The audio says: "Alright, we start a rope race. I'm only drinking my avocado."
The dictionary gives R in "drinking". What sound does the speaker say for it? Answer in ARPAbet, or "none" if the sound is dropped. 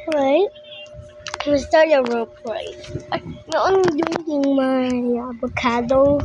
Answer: none